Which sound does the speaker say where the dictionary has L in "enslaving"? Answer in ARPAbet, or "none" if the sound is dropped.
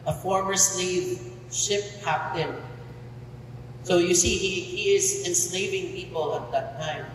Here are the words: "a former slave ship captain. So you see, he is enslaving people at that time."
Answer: L